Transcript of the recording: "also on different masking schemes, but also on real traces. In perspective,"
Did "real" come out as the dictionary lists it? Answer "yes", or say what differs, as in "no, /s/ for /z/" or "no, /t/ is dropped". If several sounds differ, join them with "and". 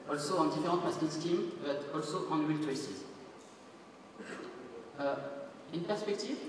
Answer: no, /w/ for /ɹ/